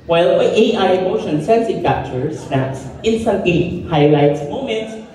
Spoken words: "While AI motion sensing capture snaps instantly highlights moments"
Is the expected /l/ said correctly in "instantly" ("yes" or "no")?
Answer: no